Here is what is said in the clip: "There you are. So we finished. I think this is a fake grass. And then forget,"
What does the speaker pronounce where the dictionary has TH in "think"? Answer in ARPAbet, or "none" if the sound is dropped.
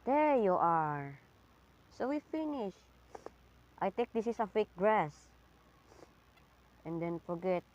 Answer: T